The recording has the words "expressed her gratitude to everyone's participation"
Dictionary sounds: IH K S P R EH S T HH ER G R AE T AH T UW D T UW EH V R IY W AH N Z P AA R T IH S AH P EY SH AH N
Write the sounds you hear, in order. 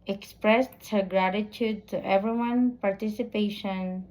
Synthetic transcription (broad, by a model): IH K S P R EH S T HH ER G R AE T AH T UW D T UW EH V R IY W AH N P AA R T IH S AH P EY SH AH N